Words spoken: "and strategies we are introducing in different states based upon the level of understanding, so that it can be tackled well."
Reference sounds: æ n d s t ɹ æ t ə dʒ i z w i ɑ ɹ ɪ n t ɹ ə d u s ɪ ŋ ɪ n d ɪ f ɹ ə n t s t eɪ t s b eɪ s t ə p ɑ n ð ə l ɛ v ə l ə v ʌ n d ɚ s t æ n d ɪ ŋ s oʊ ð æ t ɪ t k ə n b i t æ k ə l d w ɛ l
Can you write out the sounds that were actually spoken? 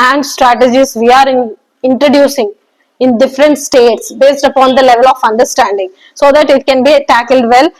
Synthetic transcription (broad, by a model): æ n d s t ɹ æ t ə dʒ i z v i ɑ ɹ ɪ n t ɹ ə d u s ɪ ŋ ɪ n d ɪ f ɹ ə n t s t eɪ t s b eɪ s t ə p ɑ n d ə l ɛ v ə l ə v ʌ n d ɚ s t æ n d ɪ ŋ s oʊ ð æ t ɪ t k ə n b i t æ k ə l d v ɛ l